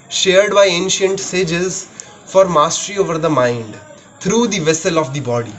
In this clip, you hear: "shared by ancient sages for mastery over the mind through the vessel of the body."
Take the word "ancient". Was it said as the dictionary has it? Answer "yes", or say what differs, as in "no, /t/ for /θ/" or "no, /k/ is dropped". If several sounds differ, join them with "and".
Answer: yes